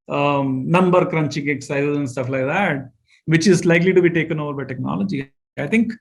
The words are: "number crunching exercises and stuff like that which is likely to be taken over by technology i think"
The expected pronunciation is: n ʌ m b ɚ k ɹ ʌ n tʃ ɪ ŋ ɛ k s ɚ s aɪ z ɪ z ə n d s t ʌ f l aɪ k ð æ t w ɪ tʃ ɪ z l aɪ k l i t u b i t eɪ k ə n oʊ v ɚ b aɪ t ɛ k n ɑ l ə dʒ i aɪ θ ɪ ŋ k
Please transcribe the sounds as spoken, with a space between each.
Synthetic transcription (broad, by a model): n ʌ m b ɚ k ɹ ʌ n tʃ ɪ ŋ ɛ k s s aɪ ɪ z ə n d s t ʌ f l aɪ k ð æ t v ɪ tʃ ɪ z l aɪ k l i t u b i t eɪ k ə n oʊ v ɚ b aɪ t ɛ k n ɑ l ə dʒ i aɪ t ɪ ŋ k